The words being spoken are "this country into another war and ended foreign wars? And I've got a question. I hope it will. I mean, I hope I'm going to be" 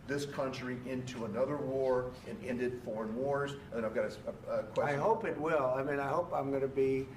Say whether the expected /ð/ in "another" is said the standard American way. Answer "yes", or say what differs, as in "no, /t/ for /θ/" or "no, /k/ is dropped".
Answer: yes